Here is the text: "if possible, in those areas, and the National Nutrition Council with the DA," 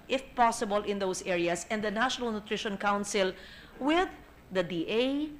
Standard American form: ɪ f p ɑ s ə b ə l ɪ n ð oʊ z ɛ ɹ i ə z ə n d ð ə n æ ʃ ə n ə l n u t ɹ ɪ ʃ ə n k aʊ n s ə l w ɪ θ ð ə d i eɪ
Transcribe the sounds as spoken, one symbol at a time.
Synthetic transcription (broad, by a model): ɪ f p ɑ s ə b ə l ɪ n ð oʊ s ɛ ɹ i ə s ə n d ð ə n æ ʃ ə n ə l n u t ɹ ɪ ʃ ə n k aʊ n s ə l w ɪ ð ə d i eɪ